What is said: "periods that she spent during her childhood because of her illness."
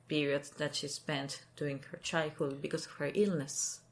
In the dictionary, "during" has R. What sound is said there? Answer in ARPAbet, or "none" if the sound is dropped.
none